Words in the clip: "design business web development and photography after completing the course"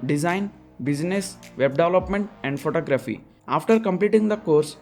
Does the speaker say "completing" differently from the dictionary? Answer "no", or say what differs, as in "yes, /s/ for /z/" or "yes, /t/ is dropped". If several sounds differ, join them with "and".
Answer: no